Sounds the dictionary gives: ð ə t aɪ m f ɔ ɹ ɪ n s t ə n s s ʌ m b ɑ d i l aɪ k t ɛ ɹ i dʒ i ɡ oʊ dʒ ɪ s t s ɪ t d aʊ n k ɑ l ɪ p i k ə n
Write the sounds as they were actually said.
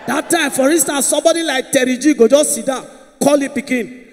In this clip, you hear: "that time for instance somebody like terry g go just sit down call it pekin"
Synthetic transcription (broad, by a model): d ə t aɪ m f ɔ ɹ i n s t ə n s s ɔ m b ɑ d i l aɪ k t ɛ ɹ i dʒ i ɡ oʊ dʒ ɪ s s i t d aʊ n k ɑ l ɪ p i k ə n